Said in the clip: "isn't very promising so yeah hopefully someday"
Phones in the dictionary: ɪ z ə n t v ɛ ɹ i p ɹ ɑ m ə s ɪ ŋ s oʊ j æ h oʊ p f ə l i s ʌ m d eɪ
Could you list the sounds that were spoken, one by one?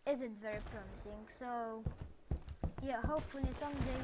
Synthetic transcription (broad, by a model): ɪ z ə n t v ɛ ɹ i p ɹ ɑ m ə s ɪ ŋ s oʊ j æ h oʊ p f ə l i s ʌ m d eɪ